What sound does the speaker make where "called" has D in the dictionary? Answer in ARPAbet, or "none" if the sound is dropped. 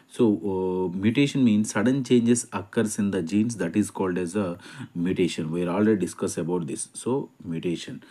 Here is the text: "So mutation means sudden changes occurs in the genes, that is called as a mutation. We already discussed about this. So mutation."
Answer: D